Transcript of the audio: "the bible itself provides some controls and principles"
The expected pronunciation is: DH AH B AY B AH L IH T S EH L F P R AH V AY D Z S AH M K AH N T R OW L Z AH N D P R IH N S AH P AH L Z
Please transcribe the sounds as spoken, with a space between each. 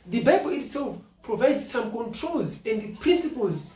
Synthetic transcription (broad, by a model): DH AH B AY B AH L IH T S EH L F P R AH V AY D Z S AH M K AH N T R OW L Z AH N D P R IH N S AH P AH L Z